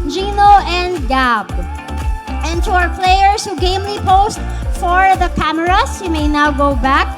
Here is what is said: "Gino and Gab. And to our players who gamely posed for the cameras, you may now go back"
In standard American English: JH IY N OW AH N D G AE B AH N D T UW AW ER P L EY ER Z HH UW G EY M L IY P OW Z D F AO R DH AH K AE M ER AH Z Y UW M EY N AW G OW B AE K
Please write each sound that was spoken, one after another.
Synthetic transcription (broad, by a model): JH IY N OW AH N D G AE B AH N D T UW AW ER P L EY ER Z HH UW G EY M L IY P OW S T F AO R DH AH K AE M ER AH S Y UW M EY N AW G OW B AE K